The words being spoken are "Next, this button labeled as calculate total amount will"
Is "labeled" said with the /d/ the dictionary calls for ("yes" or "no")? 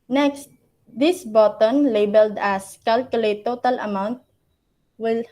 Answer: yes